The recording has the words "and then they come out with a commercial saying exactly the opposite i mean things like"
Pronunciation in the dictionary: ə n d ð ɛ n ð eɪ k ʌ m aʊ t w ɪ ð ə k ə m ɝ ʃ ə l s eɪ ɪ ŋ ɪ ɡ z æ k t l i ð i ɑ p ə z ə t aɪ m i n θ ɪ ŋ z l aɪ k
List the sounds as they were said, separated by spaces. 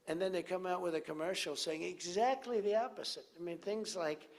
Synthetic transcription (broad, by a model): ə n ð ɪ n ð eɪ k ʌ m aʊ t w ɪ ð ə k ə m ɝ ʃ l s eɪ ɪ ŋ ɪ ɡ z æ k t l i ð i ɑ p ə z ə t aɪ m i n θ ɪ ŋ z l aɪ k